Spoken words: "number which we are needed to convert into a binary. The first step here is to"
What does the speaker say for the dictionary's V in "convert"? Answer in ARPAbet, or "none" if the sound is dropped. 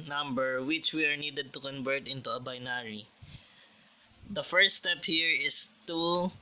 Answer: V